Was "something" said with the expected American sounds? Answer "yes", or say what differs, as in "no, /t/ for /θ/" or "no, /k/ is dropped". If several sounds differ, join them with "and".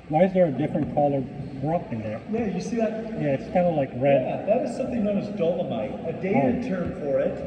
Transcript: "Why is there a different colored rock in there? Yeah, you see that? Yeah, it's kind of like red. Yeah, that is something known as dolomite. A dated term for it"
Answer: yes